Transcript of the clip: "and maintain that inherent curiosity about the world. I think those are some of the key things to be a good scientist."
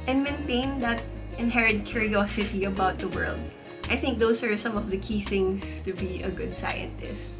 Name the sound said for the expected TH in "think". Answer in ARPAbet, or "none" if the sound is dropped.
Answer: TH